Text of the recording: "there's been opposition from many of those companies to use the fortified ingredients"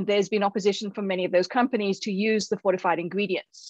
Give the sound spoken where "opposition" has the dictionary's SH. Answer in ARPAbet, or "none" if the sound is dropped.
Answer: SH